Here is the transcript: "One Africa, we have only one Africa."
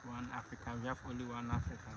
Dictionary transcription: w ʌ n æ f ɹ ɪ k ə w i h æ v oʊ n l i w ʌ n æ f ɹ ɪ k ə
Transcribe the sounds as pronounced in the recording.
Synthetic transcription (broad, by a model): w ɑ n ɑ f ɹ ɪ k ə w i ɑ f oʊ l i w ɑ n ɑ f ɹ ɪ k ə